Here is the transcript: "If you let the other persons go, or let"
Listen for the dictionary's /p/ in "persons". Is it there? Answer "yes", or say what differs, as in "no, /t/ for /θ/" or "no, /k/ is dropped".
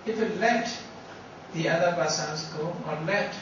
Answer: no, /b/ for /p/